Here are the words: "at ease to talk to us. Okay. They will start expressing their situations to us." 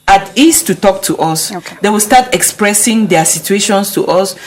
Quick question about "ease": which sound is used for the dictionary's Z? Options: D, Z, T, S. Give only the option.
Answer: S